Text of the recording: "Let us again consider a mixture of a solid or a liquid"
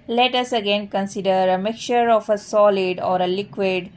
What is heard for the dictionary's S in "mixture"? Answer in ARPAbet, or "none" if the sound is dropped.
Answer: none